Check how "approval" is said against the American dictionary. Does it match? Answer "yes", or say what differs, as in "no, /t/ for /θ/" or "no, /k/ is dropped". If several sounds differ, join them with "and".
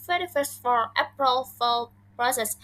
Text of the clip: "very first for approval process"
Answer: no, /f/ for /v/